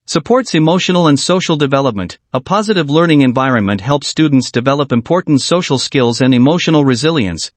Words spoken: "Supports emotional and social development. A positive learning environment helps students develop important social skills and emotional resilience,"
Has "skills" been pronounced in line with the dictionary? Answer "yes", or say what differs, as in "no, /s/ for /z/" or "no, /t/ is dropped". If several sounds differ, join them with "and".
yes